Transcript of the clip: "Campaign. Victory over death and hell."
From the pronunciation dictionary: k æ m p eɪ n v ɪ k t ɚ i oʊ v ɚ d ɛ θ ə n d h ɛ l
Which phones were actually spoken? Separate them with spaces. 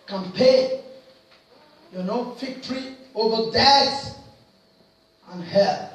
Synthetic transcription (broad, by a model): k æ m p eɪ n f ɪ k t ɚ i oʊ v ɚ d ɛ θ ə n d h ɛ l